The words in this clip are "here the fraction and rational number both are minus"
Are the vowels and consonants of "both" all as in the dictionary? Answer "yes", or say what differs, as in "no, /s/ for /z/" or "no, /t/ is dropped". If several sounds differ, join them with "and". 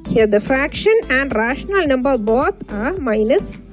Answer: no, /t/ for /θ/